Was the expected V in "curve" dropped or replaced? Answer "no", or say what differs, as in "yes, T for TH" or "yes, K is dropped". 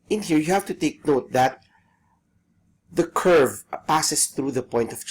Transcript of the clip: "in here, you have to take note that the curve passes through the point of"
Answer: no